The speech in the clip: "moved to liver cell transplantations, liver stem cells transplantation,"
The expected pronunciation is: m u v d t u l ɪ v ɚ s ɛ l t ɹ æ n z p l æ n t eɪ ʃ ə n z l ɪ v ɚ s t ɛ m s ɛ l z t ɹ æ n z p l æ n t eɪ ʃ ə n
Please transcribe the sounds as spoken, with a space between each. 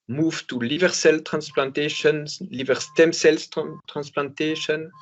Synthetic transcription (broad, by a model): m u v t u l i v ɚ s ɛ l t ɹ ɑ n s p l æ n t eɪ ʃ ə n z l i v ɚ s t ɛ m s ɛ l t t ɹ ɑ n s p l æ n t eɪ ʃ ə n